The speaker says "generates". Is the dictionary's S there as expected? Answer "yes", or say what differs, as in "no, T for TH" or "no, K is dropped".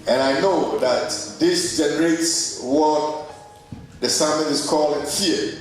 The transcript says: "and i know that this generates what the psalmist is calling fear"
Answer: yes